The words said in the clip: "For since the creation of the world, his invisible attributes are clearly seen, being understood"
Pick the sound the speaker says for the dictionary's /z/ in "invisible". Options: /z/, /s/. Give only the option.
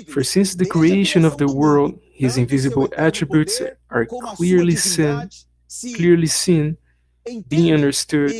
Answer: /z/